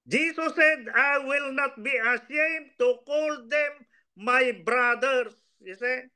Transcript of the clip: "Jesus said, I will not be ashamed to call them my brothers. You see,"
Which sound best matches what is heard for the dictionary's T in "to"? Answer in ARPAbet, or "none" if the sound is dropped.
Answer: T